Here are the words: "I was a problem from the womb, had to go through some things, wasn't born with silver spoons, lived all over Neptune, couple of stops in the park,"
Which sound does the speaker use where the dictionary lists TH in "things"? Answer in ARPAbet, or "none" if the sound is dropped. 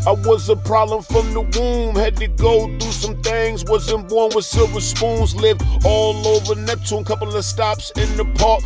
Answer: TH